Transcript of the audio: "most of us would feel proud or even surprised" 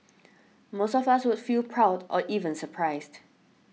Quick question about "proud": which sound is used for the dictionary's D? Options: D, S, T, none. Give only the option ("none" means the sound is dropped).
D